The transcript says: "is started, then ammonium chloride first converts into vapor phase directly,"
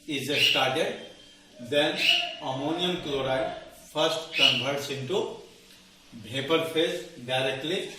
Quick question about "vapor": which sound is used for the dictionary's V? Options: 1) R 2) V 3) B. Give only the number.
3